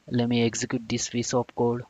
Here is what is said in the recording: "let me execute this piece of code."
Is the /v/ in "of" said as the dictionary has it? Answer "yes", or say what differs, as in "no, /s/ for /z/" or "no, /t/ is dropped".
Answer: no, /p/ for /v/